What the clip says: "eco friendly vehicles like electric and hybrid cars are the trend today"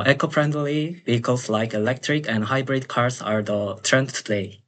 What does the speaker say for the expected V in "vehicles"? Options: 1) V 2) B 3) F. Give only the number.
2